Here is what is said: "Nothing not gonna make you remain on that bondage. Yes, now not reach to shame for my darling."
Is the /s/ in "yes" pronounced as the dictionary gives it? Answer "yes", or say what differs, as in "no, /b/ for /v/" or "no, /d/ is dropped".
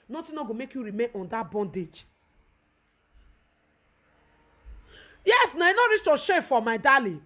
yes